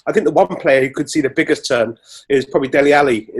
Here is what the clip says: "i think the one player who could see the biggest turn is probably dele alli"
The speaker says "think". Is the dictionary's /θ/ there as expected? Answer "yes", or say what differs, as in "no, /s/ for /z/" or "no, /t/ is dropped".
yes